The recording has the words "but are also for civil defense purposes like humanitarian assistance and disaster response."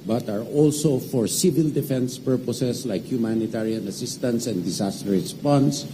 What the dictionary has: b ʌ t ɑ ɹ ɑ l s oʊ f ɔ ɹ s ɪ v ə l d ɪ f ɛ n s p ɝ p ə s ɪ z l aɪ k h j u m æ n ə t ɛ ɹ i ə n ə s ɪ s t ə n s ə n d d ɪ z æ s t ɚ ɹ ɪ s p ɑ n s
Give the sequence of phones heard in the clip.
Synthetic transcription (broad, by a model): b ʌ t ɑ ɹ ɑ l s oʊ f ɔ ɹ s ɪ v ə l d ɪ f ɛ n s p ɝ p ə s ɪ s l aɪ k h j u m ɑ n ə t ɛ ɹ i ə n ə s ɪ s t ə n s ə n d d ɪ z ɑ s t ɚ ɹ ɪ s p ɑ n s